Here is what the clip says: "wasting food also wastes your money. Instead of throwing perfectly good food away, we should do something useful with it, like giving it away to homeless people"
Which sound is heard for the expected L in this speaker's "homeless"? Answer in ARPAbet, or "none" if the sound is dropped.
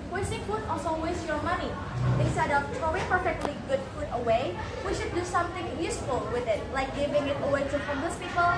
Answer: none